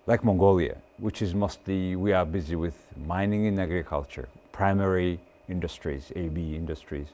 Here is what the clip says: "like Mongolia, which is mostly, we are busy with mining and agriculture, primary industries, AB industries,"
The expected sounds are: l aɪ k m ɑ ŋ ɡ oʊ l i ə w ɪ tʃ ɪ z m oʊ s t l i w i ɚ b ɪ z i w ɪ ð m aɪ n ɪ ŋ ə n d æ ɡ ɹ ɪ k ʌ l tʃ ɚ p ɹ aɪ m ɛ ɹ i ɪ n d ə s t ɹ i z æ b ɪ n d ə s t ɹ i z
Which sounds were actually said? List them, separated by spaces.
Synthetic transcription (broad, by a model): l aɪ k m ɑ ŋ ɡ oʊ l i ə w ɪ tʃ ɪ z m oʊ s t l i w i ɚ b ɪ z i w ɪ ð m aɪ n ɪ ŋ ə n æ ɡ ɹ ɪ k ʌ l tʃ ɚ p ɹ aɪ m ɛ ɹ i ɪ n d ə s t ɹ i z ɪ b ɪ n d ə s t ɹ i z